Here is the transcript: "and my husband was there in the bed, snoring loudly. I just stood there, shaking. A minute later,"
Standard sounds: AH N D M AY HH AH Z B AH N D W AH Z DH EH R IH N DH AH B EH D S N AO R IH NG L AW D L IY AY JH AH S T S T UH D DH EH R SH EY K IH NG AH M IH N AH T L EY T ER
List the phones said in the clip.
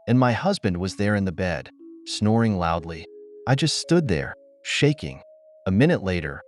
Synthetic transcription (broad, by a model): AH N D M AY HH AH Z B AH N D W AH Z DH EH R IH N DH AH B EH D S N AO R IH NG L AW D L IY AY JH AH S T S T UH D DH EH R SH EY K IH NG AH M IH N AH T L EY T ER